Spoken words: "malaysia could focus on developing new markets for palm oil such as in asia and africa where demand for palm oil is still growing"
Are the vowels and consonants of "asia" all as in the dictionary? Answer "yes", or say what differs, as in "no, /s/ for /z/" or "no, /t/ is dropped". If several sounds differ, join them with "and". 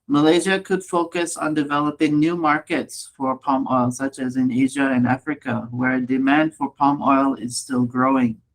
yes